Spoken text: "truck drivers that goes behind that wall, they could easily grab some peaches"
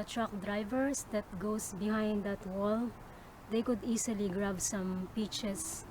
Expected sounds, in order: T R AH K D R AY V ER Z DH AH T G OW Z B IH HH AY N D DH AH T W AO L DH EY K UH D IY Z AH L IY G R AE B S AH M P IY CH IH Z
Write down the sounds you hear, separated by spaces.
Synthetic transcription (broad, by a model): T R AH K D R AY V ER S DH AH T G OW S B IH HH AY N D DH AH T W AO L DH EY K UH D IY S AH L IY G R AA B S AH M P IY CH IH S